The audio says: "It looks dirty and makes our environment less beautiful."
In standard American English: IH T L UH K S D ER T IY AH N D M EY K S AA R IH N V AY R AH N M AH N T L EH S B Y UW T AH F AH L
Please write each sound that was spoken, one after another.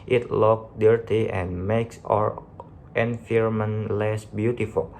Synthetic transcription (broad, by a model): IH T L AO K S D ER T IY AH N M EY K S AA R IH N F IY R M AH N L EH S B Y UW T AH F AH L